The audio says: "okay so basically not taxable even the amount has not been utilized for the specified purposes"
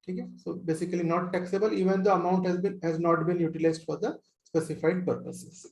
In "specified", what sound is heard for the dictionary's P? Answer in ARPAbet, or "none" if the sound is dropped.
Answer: P